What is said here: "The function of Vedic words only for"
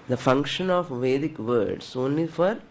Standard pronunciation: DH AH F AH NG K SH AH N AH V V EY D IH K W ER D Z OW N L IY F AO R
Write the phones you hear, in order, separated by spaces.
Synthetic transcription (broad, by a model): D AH F AH NG K SH AH N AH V V EY D IH K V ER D S OW N L IY F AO R